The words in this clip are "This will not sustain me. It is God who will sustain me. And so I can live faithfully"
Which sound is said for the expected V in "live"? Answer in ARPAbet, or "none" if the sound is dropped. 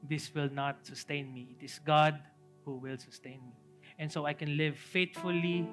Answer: V